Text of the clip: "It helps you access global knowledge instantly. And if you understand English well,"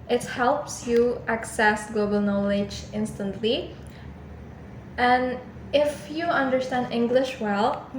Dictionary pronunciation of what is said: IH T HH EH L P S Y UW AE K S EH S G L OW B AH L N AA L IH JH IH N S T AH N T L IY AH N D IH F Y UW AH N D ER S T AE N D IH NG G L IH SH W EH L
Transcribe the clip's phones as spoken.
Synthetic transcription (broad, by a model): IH T HH EH L P S Y UW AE K S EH S G L OW B AH L N AA L IH JH IH N S T AH N T L IY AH N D IH F Y UW AH N D ER S T AE N D IH NG G L IH SH W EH L